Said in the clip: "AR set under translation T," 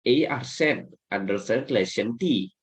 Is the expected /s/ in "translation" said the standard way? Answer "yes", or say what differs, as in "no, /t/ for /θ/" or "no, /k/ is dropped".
no, /s/ is dropped